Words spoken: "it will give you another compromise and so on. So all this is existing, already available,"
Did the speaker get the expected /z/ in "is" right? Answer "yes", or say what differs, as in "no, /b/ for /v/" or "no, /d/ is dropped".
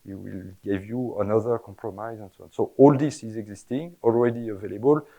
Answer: yes